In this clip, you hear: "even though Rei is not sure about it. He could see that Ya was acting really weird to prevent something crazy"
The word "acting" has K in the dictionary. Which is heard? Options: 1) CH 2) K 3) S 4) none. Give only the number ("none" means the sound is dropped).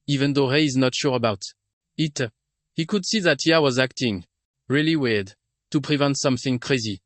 2